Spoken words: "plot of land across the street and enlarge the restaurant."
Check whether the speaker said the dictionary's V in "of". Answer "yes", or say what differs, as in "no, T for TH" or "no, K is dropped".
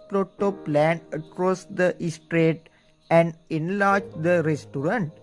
no, P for V